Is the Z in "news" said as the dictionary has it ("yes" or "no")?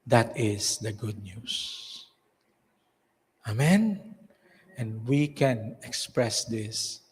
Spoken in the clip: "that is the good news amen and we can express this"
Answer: no